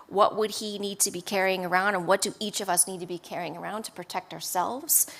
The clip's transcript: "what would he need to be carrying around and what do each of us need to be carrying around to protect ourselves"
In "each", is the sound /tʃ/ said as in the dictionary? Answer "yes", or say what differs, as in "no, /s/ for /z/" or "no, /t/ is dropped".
yes